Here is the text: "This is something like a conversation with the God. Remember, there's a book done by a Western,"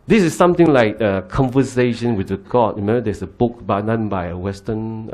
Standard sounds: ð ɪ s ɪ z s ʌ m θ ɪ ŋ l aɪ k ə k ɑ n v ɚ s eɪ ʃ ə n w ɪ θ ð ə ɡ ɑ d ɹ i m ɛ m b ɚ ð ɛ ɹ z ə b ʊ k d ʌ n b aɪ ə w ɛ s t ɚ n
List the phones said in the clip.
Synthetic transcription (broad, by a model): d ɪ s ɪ s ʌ m t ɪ ŋ l aɪ k ə k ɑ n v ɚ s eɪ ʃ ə n w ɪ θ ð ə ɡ ɑ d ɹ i m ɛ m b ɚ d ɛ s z ə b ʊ k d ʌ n b aɪ ə w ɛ s t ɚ n